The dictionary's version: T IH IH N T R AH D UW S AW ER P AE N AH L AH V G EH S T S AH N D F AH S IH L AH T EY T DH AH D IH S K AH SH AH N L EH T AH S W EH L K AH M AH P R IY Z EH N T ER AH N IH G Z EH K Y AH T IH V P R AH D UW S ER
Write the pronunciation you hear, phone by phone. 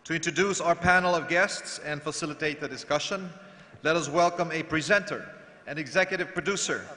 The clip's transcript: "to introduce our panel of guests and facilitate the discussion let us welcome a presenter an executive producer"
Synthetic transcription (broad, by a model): T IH IH N T R AH D UW S AW ER P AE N L AH V G EH S T S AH N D F AH S IH L AH T EY T DH AH D IH S K AH SH AH N L EH T AH S W EH L K AH M AH P R IY Z EH N T ER AH N IH G Z EH K Y AH T IH V P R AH D UW S ER